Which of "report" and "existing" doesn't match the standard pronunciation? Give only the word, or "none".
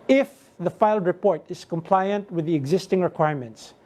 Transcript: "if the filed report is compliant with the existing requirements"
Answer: none